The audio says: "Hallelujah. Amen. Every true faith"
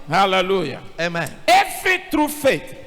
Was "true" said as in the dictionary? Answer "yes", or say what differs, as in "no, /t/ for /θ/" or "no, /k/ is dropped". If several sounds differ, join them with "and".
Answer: yes